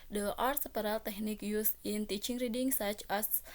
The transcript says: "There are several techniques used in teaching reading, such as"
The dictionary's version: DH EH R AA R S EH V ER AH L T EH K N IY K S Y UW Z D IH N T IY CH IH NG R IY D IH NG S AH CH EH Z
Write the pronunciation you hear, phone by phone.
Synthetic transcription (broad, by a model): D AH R AA R S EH P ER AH L T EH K N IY K Y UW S IH N T IY CH IH NG R IY D IH NG S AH CH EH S